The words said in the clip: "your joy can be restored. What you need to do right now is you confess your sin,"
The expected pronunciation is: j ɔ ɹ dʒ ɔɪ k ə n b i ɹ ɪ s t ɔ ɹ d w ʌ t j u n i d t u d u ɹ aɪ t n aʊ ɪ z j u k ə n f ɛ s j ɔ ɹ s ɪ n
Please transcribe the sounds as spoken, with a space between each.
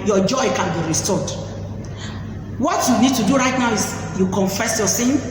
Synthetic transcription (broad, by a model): j ɔ dʒ ɔɪ k ə n b i ɹ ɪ s t ɔ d w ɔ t j u n i d t u d u ɹ aɪ t n aʊ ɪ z j u k ə n f ɛ s j ɔ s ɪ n